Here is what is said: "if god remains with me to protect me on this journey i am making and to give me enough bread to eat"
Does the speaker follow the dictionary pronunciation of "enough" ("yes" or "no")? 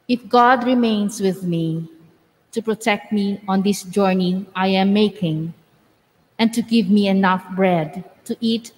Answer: yes